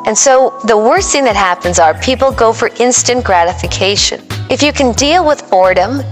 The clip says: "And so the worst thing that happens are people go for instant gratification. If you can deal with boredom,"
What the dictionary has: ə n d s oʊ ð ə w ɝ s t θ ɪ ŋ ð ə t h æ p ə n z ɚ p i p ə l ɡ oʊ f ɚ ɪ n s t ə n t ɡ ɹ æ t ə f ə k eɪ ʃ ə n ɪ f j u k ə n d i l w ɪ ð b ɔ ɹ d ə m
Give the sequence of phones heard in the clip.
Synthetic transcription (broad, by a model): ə n s oʊ ð ə w ɝ s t θ ɪ ŋ ð ə t h æ p ə n z ɚ p i p l ɡ oʊ f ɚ ɪ n s t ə n ɡ ɹ æ t ə f ə k eɪ ʃ ə n ɪ f j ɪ k ə n d i l w ɪ ð ɔ ɹ d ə m